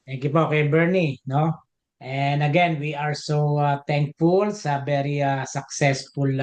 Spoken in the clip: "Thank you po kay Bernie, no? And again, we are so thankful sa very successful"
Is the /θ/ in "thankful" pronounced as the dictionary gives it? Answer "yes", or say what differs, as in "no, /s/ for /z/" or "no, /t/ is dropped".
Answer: no, /t/ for /θ/